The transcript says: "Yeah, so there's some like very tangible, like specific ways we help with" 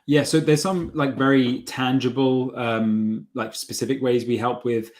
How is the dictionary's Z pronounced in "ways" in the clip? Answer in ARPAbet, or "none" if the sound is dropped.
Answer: Z